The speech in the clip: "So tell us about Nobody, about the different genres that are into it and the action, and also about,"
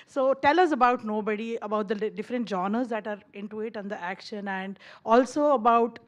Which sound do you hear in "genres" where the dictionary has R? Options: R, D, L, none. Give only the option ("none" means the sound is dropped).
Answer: none